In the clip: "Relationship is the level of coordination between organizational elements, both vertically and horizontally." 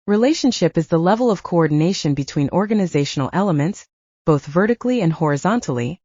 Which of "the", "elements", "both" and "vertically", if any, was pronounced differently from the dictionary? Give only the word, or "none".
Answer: none